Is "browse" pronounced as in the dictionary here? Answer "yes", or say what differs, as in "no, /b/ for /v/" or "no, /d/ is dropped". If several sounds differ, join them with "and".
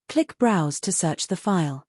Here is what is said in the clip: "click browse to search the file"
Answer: yes